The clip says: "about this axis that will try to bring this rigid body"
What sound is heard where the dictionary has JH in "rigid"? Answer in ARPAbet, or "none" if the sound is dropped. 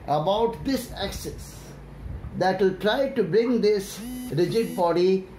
JH